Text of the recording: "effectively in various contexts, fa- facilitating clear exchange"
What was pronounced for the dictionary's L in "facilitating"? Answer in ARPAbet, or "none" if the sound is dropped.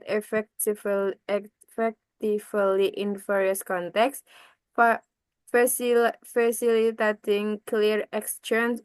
none